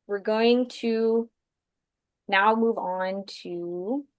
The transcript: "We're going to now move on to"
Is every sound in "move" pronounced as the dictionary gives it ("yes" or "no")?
yes